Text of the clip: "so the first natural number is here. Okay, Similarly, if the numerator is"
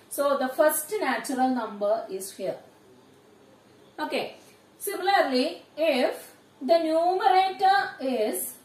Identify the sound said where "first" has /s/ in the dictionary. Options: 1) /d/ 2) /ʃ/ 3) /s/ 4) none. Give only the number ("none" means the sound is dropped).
3